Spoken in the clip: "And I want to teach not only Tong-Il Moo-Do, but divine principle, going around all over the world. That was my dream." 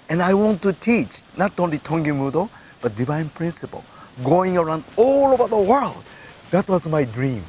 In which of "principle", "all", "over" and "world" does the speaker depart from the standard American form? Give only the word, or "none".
over